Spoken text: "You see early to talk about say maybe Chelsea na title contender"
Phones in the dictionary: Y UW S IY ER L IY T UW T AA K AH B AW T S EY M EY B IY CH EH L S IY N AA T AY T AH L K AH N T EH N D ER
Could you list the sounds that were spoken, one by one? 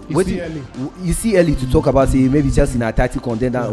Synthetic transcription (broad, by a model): Y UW S IY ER L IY T UW T AA K AH B AW T S EY M EY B IY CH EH S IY N AA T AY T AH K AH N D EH N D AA